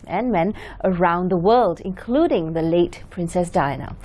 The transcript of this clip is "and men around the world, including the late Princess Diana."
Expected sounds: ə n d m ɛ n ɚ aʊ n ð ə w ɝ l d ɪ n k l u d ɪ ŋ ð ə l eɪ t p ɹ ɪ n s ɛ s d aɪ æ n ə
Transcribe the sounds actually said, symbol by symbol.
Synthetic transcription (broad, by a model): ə n m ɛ n ɚ aʊ n ð ə w ɝ l d ɪ n k l u d ɪ ŋ ð ə l eɪ t p ɹ ɪ n s ɛ s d aɪ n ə